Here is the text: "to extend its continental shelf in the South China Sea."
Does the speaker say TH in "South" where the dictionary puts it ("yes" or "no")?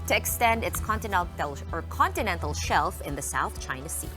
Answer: yes